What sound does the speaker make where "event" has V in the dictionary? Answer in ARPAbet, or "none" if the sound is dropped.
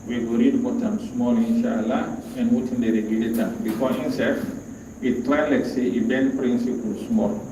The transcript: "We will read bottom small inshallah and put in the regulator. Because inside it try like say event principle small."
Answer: B